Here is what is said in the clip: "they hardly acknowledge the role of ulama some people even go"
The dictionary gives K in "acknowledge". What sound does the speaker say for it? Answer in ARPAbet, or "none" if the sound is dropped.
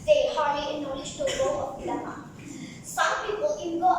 none